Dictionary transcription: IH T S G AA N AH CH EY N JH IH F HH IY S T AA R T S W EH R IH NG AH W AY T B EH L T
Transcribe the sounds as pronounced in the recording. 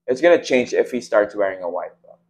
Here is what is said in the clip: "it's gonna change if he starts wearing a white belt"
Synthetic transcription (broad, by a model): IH T S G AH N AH CH EY N JH IH F HH IY S T AA R T S W EH R IH NG AH W AY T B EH